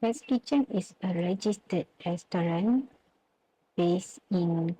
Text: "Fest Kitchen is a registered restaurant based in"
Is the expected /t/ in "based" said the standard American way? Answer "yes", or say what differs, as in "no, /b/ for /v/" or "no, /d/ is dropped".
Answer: no, /t/ is dropped